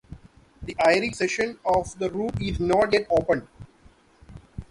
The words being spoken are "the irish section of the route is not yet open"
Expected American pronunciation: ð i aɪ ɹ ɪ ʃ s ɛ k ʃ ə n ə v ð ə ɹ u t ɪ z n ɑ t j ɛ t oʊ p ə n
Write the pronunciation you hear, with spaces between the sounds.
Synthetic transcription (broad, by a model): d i aɪ ɹ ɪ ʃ s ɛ ʃ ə n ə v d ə ɹ u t ɪ z n ɑ t j ɛ t oʊ p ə n